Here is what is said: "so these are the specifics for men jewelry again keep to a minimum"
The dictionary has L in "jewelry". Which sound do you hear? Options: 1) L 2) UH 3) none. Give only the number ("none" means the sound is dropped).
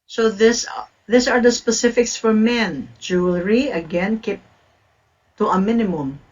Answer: 1